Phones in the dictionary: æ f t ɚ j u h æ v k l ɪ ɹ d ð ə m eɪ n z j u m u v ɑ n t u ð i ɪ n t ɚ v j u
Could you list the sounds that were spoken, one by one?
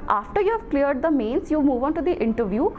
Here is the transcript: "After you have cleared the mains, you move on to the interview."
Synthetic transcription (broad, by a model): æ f t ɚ j u h æ v k l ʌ ɹ d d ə m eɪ n s j u m u v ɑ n t u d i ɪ n t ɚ v j u